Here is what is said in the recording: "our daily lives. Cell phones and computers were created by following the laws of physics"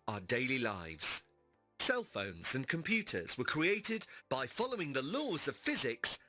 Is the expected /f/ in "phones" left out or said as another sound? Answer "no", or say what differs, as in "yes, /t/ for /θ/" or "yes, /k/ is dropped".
no